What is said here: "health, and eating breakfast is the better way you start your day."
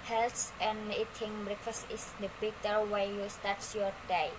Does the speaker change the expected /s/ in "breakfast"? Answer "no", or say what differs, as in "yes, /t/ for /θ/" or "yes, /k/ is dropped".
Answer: no